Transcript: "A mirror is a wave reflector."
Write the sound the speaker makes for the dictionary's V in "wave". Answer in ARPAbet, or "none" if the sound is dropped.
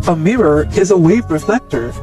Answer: V